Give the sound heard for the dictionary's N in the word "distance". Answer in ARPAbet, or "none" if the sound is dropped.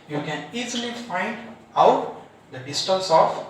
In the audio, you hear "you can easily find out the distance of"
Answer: L